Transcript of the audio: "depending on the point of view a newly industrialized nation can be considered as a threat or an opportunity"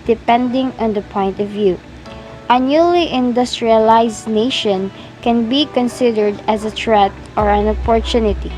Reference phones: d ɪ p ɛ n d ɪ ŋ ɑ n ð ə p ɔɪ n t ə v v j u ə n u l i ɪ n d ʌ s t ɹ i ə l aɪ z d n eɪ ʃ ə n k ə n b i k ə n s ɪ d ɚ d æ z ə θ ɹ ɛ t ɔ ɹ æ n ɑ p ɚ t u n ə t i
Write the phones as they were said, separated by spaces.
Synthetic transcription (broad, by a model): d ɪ p ɛ n d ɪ ŋ ɑ n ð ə p ɔɪ n t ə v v j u ə n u l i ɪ n d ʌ s t ɹ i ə l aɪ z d n eɪ ʃ ə n k ə n b i k ə n s ɪ d ɚ d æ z ə t ɹ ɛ t ɔ ɹ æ n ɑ p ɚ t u n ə t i